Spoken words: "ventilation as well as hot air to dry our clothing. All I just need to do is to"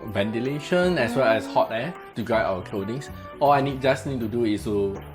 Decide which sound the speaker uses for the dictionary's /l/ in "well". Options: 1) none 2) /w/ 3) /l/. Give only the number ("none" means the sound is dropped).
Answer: 3